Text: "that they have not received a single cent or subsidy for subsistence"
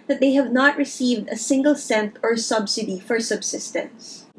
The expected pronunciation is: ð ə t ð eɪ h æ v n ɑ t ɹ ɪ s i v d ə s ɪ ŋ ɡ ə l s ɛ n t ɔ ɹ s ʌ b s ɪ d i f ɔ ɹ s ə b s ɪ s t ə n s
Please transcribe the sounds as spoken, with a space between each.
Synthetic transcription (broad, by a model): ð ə t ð eɪ h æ v n ɑ t ɹ ɪ s i v d ə s ɪ ŋ ɡ ə l s ɛ n t ɔ ɹ s ʌ b s ɪ d i f ɔ ɹ s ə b s ɪ s t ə n s